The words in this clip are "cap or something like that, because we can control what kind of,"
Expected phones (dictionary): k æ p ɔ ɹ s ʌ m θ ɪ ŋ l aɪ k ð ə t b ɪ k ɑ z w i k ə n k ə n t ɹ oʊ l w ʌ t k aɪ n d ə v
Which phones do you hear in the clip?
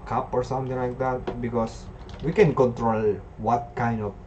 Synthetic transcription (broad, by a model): k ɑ p ɔ ɹ s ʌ m t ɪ ŋ l aɪ k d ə t b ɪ k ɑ s w i k ə n k ə n t ɹ oʊ l w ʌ t k aɪ n d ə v